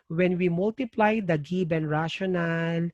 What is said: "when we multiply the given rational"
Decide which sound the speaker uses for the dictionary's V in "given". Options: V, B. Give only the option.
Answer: B